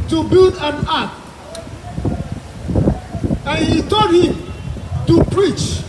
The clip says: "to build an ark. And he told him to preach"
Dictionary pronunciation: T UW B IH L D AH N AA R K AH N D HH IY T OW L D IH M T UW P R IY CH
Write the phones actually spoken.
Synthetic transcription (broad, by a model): T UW B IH L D AH N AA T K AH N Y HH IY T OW D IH T UW P R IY CH